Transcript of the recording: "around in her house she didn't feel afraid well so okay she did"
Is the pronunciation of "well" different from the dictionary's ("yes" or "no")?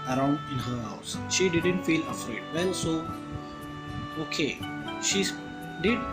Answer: yes